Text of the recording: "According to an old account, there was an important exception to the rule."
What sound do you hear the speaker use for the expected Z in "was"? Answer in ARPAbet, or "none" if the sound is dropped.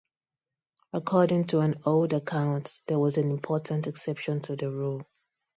Z